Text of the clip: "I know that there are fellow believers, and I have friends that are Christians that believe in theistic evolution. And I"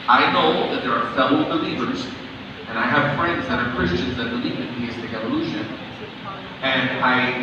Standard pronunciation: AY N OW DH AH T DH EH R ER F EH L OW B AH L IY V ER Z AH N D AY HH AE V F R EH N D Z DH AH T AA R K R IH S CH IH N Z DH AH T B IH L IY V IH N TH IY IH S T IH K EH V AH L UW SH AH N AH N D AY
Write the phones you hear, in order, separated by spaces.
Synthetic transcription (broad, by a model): AY N OW DH AH T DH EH R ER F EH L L B AH L IY V ER Z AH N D AY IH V F R EH N D Z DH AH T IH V K R IH S CH IH N Z DH AH T B IH L IY V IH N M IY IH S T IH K EH V AH L UW SH AH N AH N AY